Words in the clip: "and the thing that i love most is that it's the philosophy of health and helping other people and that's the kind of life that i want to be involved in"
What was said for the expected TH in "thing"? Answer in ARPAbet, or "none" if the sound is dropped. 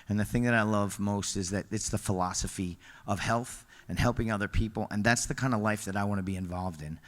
TH